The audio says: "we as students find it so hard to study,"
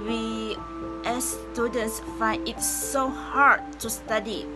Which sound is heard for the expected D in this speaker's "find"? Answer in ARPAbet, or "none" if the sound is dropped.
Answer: none